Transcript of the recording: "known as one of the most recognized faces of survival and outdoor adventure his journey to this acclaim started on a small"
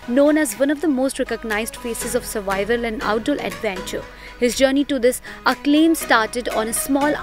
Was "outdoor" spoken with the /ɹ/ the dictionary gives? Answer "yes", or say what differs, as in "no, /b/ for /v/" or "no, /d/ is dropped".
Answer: no, /l/ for /ɹ/